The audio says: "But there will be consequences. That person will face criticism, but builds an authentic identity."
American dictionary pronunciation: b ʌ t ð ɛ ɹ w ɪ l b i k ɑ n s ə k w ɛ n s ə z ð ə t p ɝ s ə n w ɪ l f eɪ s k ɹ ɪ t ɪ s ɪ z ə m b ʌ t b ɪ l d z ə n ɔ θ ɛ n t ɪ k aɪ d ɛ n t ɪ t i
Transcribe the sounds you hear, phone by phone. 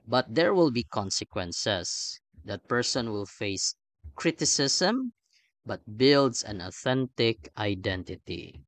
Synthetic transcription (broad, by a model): b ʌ t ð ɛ ɹ w ɪ l b i k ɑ n s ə k w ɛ n s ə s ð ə t p ɝ s ə n w ɪ l f eɪ s k ɹ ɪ t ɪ s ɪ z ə m b ʌ t b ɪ l d s ə n ɔ θ ɛ n t ɪ k aɪ d ɛ n t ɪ t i